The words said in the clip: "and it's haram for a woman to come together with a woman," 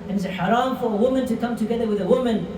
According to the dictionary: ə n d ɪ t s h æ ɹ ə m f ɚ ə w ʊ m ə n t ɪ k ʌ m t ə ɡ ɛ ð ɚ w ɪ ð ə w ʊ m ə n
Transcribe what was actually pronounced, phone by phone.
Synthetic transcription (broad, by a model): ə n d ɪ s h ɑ ɹ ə m f ɚ ə w ʊ m ə n t ɪ k ʌ m t ə ɡ ɛ ð ɚ w ɪ ð ə w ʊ m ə n